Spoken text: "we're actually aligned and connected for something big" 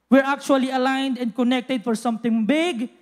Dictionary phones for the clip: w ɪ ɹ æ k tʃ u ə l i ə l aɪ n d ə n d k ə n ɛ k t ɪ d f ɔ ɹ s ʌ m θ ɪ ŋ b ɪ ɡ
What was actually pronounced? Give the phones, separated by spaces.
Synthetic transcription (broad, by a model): w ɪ ɹ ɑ k tʃ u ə l i ə l aɪ n d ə n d k ə n ɛ k t ɪ d f ɔ ɹ s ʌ m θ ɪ ŋ b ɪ ɡ